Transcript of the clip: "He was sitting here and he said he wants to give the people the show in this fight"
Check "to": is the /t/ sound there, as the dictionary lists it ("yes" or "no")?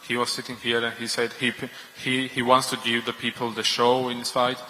yes